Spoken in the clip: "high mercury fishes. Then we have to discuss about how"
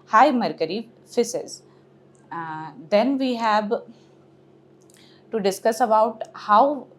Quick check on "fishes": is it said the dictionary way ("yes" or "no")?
no